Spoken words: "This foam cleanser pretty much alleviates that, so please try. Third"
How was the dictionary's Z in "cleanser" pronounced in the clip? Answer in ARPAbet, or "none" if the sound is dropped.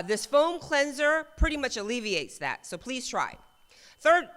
Z